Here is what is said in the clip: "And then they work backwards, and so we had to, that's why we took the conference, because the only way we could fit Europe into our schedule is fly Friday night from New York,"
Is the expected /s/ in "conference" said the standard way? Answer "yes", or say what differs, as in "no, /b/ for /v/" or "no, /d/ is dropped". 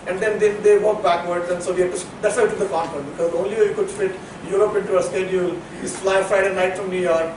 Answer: no, /s/ is dropped